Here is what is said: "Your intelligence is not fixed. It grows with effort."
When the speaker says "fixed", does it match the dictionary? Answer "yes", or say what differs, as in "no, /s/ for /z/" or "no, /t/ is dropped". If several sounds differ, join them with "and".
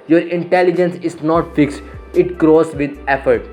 yes